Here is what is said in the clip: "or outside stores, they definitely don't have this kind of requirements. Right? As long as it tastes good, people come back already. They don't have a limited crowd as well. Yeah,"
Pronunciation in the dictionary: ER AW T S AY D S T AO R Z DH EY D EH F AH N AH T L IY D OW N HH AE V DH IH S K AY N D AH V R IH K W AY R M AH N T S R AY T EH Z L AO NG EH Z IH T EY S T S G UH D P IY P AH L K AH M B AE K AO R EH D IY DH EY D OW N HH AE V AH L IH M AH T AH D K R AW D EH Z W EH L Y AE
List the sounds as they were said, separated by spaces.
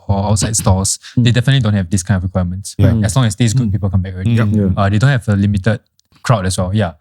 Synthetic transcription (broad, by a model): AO AW T S AY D S T AO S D EY D EH F AH N AH T L IY D OW N HH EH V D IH S K AY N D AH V R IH K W AY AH M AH N T S W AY EH S L AO NG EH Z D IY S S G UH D P IY P AH L K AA M B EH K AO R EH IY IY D EY D OW N HH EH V AH L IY M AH T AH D K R AW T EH S W EH L Y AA